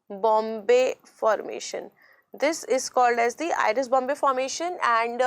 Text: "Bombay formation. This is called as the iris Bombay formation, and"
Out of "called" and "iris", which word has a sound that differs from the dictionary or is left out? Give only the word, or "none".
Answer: none